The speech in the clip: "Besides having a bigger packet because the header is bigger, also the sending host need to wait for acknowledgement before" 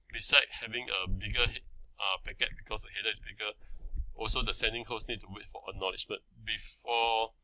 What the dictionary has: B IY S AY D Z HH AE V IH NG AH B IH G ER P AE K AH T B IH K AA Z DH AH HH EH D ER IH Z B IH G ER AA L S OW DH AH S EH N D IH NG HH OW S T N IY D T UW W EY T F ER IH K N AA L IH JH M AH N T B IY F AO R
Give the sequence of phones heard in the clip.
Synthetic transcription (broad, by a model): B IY S AY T HH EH V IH NG AH B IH G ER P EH K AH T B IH K AA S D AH HH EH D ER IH S B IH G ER AA L S OW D AH S EH N D IH NG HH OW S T N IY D T UW W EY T F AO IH N AA L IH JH M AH N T B IY F AO